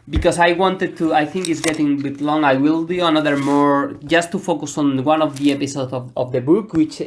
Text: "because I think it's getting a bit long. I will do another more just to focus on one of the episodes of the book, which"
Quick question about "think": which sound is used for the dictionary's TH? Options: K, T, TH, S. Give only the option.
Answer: TH